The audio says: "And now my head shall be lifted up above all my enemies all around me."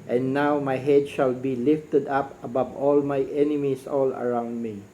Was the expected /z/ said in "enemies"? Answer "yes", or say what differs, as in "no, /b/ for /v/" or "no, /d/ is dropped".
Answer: no, /s/ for /z/